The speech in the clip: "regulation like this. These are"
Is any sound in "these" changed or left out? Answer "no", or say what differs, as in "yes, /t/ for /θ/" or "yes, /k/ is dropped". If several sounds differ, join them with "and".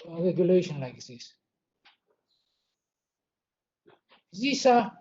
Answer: yes, /s/ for /z/